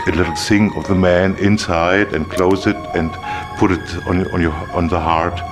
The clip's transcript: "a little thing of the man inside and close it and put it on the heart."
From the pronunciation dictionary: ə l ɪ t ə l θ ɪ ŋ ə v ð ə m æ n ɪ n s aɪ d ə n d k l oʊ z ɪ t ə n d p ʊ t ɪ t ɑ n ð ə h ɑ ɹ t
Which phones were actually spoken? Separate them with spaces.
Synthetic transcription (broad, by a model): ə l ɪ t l s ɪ ŋ ə v ð ə m æ n ɪ n s aɪ d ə n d k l oʊ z ɪ t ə n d p ʊ t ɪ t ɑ n ð ə h ɑ ɹ t